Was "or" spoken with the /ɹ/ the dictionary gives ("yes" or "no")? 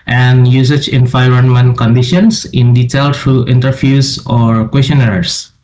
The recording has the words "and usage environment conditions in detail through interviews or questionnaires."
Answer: yes